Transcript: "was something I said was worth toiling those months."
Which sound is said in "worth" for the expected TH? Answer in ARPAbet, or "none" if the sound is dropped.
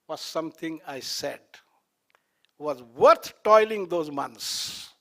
T